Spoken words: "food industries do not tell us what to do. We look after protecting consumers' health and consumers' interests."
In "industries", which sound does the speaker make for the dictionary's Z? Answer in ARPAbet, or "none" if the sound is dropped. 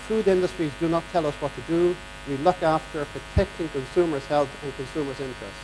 Z